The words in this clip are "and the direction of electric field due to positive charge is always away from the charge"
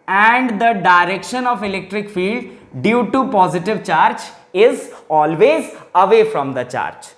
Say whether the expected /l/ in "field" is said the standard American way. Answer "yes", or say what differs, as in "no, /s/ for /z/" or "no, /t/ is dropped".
yes